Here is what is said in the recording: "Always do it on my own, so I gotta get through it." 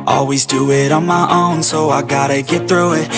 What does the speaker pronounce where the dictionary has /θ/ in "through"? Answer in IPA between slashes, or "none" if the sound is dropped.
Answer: /θ/